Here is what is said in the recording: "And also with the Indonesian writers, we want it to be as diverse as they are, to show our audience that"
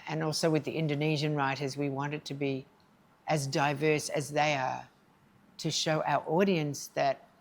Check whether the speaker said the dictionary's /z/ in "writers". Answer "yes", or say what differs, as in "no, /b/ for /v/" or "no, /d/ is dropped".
yes